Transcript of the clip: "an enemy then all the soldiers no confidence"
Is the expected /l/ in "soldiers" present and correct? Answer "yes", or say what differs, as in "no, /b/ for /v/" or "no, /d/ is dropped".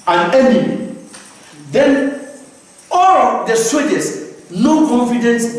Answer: no, /l/ is dropped